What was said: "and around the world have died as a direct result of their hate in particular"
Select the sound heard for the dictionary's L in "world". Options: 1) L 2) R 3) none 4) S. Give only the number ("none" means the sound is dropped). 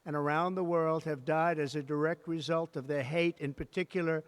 1